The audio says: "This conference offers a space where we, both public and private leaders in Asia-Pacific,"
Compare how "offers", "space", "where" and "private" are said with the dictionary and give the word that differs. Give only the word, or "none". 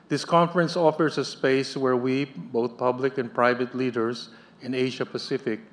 offers